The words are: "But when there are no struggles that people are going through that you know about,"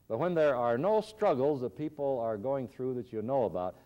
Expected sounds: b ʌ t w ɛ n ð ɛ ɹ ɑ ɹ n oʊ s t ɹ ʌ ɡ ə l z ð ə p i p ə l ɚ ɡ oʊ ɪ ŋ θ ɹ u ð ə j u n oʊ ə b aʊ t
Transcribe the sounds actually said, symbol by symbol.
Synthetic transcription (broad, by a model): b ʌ t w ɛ n ð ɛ ɹ ɑ ɹ n oʊ s t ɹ ʌ ɡ l z ð ə p i p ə l ɚ ɡ oʊ ɪ ŋ θ ɹ u ð ə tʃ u n oʊ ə b aʊ t